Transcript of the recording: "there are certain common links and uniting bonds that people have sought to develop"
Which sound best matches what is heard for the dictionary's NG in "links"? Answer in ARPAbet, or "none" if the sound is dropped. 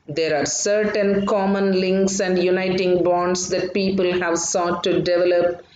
NG